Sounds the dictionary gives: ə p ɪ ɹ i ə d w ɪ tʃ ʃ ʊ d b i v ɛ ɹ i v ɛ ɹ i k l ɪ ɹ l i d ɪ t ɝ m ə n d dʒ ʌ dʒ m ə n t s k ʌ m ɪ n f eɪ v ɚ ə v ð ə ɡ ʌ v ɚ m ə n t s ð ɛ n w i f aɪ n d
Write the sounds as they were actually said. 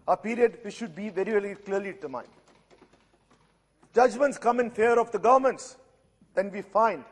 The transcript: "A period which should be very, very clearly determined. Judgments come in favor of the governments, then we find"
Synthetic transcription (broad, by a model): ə p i ɹ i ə d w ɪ ʃ ʊ d b i v ɛ ɹ i v ɛ ɹ i k l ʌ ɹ l i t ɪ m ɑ ə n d dʒ ʌ dʒ m ə n t s k ʌ m ɪ n f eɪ ɚ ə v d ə ɡ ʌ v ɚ m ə n t s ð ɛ n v i f aɪ n d